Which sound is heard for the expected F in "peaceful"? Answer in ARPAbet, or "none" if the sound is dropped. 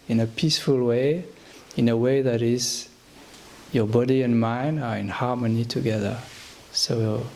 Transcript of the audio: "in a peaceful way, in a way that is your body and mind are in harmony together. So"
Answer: F